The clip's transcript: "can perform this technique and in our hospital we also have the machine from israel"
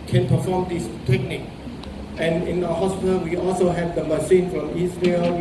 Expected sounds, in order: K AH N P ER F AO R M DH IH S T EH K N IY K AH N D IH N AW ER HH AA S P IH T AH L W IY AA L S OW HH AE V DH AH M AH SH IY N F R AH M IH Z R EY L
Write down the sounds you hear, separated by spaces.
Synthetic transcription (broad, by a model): K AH N P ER F AO M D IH S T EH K N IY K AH N IH N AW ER HH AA S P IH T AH L W IY AA L S OW HH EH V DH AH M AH S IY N F R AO M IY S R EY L